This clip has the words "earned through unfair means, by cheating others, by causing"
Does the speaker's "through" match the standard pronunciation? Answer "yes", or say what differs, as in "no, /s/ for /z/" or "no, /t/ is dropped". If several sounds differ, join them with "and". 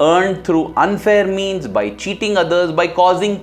no, /t/ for /θ/